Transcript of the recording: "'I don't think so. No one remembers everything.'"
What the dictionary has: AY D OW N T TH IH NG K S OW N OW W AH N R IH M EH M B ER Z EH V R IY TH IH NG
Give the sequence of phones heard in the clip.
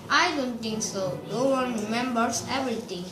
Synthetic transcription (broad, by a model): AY D OW N T T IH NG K S OW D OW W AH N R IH M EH M B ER S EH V R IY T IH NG